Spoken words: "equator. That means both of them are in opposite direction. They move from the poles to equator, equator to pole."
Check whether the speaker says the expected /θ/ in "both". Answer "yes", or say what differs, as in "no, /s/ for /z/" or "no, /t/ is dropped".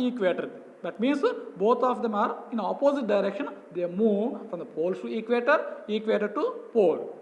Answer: no, /t/ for /θ/